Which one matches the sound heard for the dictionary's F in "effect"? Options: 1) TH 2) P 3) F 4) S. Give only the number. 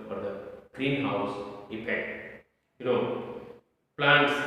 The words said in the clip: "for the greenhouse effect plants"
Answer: 2